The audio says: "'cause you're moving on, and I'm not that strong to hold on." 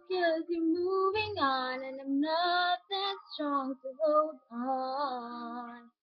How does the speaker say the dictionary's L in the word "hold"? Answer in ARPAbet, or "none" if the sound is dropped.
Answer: none